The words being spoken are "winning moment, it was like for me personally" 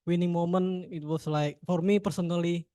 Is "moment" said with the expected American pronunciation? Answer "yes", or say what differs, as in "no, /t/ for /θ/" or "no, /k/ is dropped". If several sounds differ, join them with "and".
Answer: no, /t/ is dropped